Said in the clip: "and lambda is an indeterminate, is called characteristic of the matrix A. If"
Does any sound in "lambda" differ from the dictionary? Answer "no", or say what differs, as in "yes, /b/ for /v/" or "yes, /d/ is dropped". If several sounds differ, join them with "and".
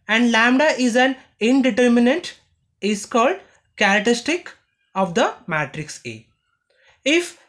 no